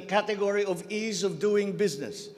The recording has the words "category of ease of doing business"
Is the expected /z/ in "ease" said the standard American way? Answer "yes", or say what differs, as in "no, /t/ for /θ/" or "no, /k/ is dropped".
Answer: yes